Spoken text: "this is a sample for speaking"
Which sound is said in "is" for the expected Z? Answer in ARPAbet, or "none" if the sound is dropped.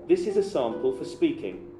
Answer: Z